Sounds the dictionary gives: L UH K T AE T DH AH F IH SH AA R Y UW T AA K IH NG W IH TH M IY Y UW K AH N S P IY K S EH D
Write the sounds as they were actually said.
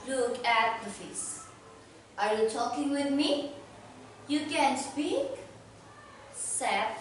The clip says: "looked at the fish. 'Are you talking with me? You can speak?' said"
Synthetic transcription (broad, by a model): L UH K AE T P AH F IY S AA R Y UW T AA K IH NG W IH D M IY Y UW K AH N S P IY K S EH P